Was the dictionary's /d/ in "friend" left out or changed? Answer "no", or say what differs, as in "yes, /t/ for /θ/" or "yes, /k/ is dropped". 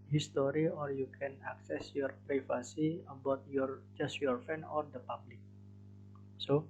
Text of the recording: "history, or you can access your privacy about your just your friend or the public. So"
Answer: yes, /d/ is dropped